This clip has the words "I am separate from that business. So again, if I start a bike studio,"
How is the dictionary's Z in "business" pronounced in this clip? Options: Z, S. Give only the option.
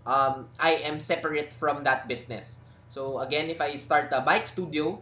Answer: S